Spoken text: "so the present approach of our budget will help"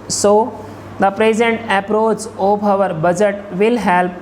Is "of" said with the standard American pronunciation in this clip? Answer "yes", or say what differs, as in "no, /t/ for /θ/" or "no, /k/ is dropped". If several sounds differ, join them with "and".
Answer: no, /b/ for /v/